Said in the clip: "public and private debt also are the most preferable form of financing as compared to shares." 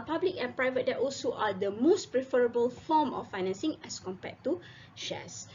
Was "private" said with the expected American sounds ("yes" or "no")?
yes